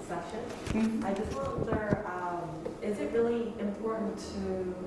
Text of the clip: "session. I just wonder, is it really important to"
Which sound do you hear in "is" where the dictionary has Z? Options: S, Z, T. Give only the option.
Z